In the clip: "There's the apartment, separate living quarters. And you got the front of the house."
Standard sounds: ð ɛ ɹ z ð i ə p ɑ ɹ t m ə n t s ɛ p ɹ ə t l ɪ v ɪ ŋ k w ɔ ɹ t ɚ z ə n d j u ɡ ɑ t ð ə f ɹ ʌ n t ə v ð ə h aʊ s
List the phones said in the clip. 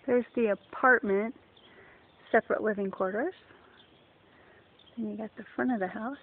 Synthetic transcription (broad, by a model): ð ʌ ɹ z ð i ə p ɑ ɹ t m ə n t s ɛ p ɹ ə t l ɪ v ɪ ŋ k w ɔ ɹ t ɚ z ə n j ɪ ɡ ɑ t ð ə f ɹ ʌ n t ə v ð ə h aʊ s